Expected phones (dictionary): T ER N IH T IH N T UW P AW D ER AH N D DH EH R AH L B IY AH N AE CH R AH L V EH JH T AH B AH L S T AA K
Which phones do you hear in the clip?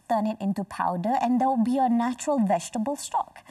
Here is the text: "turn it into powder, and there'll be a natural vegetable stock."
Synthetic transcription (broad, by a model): T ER N IH T IH N T UW P AW D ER AH N D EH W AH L B IY AH N AE CH R AH L V EH JH T AH B AH L S T AA K